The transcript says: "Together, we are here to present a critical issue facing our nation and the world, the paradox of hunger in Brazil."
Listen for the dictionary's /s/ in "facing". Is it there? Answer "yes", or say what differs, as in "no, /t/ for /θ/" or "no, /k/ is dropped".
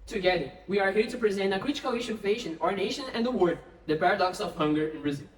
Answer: no, /ʃ/ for /s/